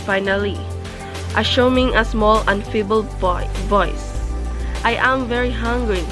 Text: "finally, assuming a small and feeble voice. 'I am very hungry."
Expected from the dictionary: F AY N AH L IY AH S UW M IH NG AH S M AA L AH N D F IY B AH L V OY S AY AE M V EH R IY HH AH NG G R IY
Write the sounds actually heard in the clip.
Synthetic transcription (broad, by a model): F AY N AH L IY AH SH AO M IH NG AH S M AA L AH N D F IY B AH L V OY S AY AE M V EH R IY HH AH NG G R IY